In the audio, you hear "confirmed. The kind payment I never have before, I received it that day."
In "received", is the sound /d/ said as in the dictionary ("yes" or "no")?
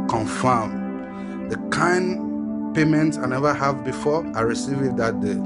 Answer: no